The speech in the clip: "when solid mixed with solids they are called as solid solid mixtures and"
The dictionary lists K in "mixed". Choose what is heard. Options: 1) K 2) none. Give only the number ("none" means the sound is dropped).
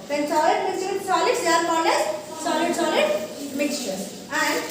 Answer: 2